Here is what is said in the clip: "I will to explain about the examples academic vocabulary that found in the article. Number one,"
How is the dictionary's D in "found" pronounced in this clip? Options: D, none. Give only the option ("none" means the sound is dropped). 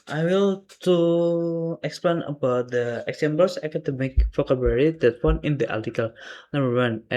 none